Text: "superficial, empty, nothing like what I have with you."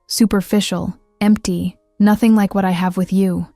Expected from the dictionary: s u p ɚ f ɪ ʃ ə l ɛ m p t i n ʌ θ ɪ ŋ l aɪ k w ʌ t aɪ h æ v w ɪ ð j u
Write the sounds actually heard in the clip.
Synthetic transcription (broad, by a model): s u p ɚ f ɪ ʃ l ɛ m p t i n ʌ θ ɪ ŋ l aɪ k w ʌ t aɪ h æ v w ɪ ð j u